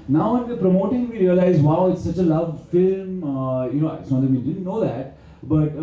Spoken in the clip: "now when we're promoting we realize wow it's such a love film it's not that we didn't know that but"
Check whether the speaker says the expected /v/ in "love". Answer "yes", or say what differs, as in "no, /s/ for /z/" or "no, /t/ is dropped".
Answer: yes